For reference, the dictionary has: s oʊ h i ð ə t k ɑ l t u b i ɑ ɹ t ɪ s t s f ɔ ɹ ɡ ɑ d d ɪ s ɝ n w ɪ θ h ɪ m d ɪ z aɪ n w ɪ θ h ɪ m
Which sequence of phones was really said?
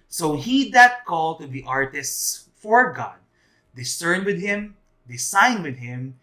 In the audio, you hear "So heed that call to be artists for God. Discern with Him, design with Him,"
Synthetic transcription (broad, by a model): s oʊ h i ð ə t k ɑ l t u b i ɑ ɹ t ɪ s t s f ɔ ɹ ɡ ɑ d d ɪ s ɝ n w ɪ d h ɪ m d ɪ s aɪ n w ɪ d h ɪ m